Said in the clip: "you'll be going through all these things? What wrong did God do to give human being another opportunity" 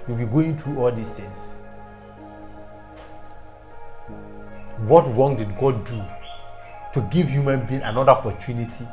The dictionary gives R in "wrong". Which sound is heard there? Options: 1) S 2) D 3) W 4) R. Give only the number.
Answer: 4